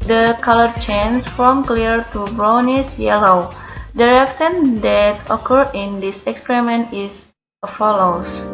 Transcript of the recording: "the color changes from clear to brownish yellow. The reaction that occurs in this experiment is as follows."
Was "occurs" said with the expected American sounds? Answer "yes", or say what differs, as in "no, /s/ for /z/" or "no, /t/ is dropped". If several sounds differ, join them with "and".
no, /z/ is dropped